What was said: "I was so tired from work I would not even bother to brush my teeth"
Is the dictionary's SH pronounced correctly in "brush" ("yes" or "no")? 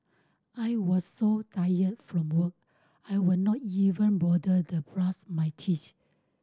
no